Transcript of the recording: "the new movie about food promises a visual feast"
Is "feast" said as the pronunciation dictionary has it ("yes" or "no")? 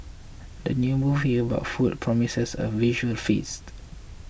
yes